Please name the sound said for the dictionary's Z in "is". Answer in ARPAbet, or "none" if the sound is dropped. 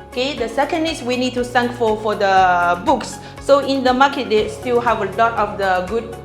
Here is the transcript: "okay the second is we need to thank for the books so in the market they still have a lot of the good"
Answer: S